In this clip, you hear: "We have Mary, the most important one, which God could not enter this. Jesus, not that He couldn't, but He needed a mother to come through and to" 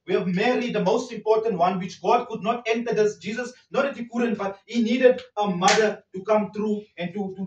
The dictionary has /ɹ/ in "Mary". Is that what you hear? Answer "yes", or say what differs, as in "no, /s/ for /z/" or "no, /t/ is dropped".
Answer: no, /l/ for /ɹ/